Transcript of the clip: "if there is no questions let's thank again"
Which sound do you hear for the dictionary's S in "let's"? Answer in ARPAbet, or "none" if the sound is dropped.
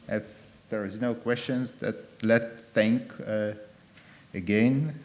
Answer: none